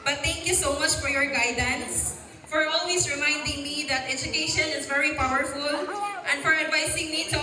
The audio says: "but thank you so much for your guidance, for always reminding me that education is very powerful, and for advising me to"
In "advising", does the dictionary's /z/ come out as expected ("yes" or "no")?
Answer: no